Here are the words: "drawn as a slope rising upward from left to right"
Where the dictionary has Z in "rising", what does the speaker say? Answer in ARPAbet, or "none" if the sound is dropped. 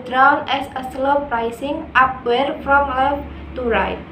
S